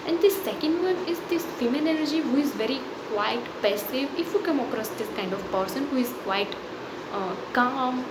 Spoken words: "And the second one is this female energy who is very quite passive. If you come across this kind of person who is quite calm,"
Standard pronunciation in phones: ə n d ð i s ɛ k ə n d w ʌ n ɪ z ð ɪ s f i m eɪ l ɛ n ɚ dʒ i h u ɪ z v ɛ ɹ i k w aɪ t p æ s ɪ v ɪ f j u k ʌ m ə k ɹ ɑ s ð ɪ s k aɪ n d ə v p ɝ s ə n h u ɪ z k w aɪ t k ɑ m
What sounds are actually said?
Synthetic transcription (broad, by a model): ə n d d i s ɛ k ə n d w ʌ n ɪ z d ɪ s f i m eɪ n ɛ l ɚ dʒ i h u ɪ z v ɛ ɹ i k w aɪ t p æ s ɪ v ɪ f j u k ʌ m ə k ɹ ɑ s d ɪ s k aɪ n d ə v p ɝ s ə n h u ɪ z k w aɪ t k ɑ m